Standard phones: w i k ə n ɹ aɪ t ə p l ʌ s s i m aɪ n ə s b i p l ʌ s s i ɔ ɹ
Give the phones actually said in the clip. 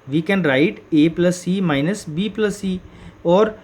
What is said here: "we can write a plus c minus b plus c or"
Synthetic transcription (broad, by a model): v i k ə n ɹ aɪ t ə p l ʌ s s i m aɪ n ə s b i p l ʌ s s i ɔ ɹ